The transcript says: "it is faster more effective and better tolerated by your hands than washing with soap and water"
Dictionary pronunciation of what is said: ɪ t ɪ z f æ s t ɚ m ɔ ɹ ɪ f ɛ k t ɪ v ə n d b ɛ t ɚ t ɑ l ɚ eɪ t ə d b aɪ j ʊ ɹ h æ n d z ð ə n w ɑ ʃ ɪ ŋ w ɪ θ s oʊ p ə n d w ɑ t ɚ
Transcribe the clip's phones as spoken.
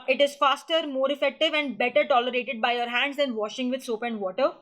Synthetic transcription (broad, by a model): ɪ t ɪ z f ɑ s t ɚ m ɔ ɹ ɪ f ɛ k t ɪ v ə n d b ɛ t ɚ t ɑ l ɚ eɪ t ə d b aɪ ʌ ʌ ɹ h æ n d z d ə n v ɑ ʃ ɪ ŋ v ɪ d s oʊ p ə n d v ɑ t ɚ